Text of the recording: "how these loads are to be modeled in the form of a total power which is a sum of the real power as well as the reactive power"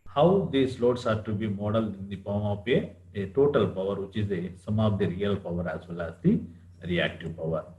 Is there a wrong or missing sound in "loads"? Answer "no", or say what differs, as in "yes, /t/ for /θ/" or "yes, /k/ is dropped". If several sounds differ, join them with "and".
yes, /s/ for /z/